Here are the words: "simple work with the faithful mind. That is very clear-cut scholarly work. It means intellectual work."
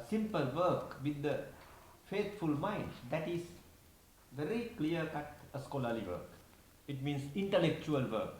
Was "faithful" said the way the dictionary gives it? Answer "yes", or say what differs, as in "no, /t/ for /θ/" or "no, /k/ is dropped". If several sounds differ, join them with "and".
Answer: no, /t/ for /θ/